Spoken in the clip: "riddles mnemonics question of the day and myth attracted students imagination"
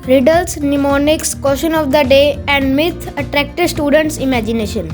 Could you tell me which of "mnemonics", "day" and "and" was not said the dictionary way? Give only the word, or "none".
none